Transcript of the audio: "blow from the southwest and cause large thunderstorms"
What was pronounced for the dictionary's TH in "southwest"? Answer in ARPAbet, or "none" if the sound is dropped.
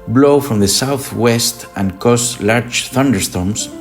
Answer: TH